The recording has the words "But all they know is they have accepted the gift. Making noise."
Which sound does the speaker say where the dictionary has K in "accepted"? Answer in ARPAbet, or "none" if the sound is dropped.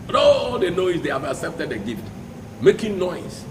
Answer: K